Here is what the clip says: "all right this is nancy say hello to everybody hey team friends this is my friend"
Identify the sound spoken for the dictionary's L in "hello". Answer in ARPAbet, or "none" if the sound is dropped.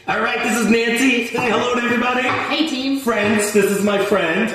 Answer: L